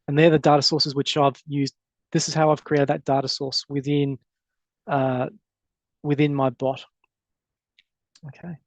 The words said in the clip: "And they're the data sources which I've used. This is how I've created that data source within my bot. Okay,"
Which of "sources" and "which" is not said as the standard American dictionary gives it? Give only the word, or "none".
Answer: none